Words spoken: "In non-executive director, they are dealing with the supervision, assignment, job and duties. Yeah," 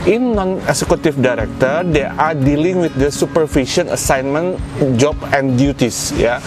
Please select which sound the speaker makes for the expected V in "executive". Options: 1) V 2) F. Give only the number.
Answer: 2